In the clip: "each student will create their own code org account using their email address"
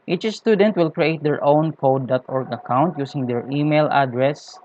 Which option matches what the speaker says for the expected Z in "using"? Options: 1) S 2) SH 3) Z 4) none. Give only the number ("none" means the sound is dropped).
1